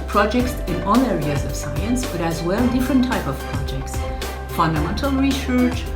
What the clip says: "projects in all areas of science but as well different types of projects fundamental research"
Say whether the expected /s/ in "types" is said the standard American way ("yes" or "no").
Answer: no